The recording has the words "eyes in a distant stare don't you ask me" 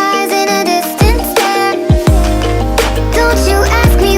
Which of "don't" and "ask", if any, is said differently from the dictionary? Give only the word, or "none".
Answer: none